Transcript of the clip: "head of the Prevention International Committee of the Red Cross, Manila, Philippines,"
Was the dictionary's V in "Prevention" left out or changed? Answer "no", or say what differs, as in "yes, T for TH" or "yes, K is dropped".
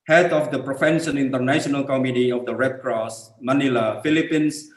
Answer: yes, F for V